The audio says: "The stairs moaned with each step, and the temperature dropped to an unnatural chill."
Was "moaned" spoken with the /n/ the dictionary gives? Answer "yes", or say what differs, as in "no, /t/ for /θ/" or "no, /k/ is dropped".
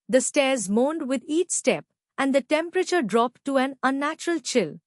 yes